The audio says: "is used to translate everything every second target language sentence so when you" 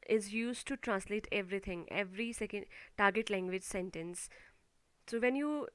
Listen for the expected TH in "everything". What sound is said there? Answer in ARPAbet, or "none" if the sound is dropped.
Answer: T